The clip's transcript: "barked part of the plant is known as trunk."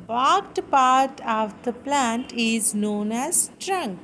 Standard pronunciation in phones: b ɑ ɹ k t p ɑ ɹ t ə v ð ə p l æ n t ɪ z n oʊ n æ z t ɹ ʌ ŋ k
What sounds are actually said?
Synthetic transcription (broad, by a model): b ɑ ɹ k t p ɑ ɹ t ə v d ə p l æ n t ɪ z n oʊ n æ z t ɹ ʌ ŋ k